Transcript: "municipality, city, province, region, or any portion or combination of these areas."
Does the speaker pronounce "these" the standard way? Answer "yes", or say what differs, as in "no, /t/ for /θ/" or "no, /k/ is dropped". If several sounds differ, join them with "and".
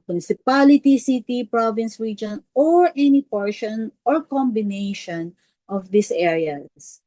no, /s/ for /z/